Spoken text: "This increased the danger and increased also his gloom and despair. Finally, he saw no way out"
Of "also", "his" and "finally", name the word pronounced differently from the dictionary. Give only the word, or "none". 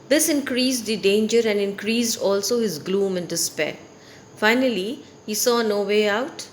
none